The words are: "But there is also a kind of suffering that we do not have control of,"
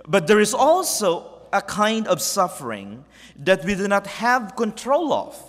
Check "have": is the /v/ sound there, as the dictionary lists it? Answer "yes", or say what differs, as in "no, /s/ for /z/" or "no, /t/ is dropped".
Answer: yes